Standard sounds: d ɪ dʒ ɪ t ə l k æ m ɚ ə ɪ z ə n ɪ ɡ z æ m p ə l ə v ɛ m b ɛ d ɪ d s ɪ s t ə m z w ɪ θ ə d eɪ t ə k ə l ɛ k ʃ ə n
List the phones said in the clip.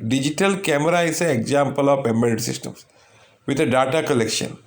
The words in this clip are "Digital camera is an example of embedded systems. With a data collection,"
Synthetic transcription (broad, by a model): d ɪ dʒ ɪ t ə l k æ m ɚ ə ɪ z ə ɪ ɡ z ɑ m p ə l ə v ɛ m ɛ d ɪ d s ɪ s t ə m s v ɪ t ə d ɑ t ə k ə l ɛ k ʃ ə n